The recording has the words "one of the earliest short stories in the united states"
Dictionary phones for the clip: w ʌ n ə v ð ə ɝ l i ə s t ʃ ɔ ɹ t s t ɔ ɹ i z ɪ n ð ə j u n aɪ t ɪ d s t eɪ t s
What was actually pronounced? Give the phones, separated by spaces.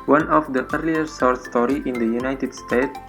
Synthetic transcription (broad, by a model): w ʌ n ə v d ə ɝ l i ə t s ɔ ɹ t s t ɔ ɹ i ɪ n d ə j u n aɪ t ɪ d s t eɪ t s